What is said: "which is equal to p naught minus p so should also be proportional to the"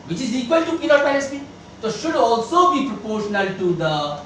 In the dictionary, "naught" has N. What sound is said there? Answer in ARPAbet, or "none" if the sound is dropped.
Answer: L